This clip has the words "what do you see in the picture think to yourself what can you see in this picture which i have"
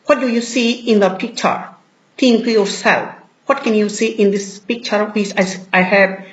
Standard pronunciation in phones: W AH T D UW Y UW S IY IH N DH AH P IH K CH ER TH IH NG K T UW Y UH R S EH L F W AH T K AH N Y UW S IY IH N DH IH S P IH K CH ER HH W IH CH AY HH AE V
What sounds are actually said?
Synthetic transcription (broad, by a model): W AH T D UW Y UW S IY IH N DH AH P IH K CH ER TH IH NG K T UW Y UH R S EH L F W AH T K AH N Y UW S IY IH N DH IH S P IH K CH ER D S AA S AY HH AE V